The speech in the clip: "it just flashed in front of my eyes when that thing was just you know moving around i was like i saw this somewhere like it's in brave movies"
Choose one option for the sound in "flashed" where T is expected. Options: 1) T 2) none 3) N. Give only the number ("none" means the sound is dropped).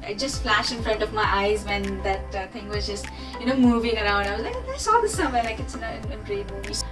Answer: 2